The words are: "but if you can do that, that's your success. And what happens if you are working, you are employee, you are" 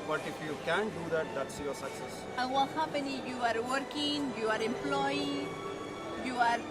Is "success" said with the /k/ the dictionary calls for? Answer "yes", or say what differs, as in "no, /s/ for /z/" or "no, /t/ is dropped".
yes